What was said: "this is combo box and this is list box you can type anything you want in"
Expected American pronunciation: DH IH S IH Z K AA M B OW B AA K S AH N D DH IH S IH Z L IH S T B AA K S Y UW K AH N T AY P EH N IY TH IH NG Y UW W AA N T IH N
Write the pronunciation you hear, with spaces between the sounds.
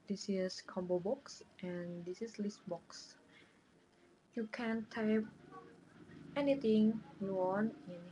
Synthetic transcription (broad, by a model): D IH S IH S K AA M B OW B AA K S AH N D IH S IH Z L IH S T B AA K S Y UW K AH N T AY P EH N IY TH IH NG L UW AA N IH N